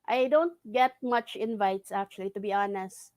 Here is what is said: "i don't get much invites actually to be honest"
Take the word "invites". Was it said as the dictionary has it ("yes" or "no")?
yes